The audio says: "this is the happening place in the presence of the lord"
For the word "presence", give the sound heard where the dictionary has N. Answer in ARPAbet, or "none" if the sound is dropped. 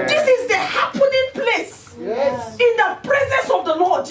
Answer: N